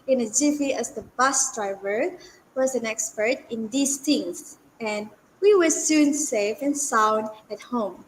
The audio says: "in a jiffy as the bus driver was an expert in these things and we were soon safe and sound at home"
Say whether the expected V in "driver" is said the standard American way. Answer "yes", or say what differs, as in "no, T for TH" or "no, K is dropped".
yes